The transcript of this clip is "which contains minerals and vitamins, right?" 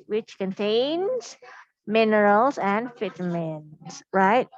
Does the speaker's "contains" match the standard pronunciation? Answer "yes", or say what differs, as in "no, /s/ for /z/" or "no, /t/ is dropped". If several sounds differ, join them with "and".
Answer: yes